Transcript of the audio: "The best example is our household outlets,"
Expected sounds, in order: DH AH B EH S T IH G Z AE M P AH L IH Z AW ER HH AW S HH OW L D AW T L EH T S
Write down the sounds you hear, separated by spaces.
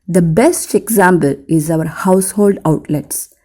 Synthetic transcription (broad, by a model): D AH B EH S T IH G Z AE M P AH L IH Z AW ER HH AW S HH OW L D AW T L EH T S